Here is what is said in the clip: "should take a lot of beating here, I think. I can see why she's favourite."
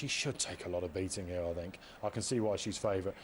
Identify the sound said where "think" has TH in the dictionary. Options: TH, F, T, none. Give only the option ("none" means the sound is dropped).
TH